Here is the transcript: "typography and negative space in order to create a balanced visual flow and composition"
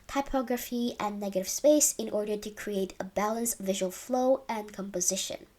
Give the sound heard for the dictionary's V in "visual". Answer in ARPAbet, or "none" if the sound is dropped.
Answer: V